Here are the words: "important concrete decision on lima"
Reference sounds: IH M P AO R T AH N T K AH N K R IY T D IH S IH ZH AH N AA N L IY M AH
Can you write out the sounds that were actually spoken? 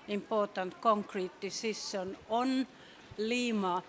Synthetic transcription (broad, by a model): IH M P AO T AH N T K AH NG K R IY T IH S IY S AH N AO N L IY M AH